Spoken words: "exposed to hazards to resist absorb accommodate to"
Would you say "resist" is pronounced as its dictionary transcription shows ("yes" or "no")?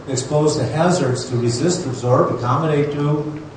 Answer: yes